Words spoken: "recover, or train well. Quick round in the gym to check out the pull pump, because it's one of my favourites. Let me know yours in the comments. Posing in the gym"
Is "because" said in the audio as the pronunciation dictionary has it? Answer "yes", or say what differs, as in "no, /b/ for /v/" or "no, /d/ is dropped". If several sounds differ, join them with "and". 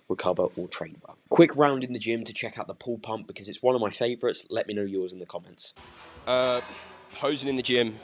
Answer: yes